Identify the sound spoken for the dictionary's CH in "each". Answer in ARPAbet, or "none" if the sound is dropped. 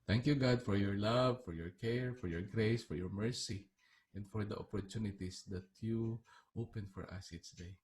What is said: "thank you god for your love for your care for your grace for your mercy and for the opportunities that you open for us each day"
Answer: S